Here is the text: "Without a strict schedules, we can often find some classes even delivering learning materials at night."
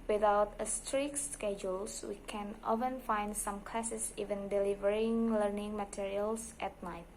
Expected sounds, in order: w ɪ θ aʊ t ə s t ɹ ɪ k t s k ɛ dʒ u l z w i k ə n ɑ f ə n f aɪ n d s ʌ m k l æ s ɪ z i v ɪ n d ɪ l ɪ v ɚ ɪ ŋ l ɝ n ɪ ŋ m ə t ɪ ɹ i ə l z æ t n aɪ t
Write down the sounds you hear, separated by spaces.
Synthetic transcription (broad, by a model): w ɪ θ aʊ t ə s t ɹ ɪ k s k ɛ dʒ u l s w i k ə n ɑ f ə n f aɪ n d s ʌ m k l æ s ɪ s i v ɪ n d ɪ l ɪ v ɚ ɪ ŋ l ɝ n ɪ ŋ m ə t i ɹ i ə l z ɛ t n aɪ t